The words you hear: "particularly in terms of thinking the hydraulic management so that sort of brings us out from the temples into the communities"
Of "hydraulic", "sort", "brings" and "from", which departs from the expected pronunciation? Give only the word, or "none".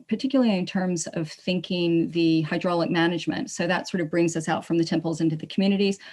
none